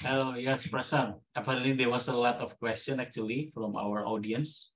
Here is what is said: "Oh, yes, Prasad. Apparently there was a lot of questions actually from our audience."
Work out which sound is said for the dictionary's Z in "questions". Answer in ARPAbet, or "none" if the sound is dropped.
none